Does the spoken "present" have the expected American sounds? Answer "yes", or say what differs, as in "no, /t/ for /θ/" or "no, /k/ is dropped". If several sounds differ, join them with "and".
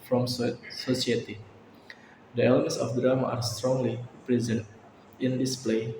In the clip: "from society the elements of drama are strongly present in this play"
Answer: yes